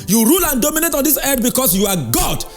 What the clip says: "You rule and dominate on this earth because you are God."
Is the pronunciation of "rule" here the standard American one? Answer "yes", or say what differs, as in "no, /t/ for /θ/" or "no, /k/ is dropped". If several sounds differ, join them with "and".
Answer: yes